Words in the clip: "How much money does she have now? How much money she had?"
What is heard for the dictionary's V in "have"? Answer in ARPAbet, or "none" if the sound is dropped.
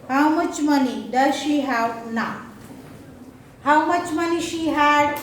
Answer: W